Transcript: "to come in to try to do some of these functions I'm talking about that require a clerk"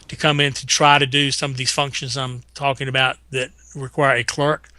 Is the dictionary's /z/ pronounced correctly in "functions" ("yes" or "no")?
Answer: yes